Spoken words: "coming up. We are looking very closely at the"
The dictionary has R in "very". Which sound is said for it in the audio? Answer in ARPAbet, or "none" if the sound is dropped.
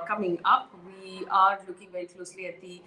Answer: R